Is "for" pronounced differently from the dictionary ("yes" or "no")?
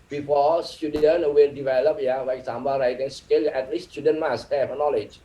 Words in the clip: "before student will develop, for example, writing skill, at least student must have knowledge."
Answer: yes